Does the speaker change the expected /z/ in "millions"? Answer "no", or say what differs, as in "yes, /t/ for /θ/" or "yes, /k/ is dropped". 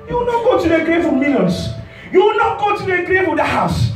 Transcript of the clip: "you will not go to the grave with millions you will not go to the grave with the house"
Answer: yes, /s/ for /z/